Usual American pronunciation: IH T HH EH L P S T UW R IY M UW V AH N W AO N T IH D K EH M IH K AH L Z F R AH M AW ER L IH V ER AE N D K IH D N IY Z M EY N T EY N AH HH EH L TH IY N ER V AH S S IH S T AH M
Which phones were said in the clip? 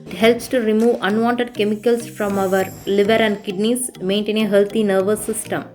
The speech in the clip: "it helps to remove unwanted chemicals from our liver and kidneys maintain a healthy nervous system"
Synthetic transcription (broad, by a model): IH T HH EH L P S T UW R IY M UW V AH N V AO N T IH D K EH M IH K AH L S F R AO M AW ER L IH V ER AE N D K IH D N IY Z M EY N T EY N AH HH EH L T IY N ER V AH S S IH S T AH M